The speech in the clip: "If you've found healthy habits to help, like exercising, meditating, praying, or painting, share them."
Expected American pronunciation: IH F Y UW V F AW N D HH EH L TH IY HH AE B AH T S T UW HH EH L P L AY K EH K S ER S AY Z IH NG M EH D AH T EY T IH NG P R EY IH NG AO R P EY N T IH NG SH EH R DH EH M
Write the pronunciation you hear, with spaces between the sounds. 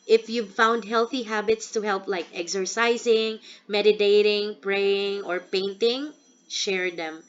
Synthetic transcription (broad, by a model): IH F Y UW V F AW N D HH EH L TH IY HH AE B AH T S T UW HH EH L P L AY K EH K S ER S AY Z IH NG M EH D AH T EY T IH NG P R EY IH NG AO R P EY N T IH NG SH EH R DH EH M